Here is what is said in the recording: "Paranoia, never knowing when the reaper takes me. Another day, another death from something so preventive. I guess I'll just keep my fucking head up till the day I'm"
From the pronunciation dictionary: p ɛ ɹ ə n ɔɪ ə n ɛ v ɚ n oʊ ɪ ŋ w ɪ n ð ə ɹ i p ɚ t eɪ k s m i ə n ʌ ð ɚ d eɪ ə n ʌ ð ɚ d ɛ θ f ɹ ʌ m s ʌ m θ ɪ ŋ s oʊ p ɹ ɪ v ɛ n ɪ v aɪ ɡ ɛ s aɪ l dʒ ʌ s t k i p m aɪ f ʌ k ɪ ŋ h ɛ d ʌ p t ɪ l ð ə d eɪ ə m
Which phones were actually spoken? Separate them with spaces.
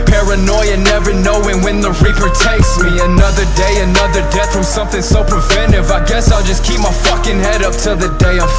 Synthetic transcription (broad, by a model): p ɛ ɹ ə n ɔɪ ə n ɛ v ɚ n oʊ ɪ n w ɪ n ð ə ɹ i p ɚ t eɪ k s m i ə n ʌ ð ɚ d eɪ ə n ʌ ð ɚ d ɛ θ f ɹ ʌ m s ʌ m θ ɪ ŋ s oʊ p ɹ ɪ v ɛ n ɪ v aɪ ɡ ɛ s aɪ l dʒ ʌ s k i p m aɪ f ʌ k ɪ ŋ h ɛ d ʌ p t ɪ l ð ə d eɪ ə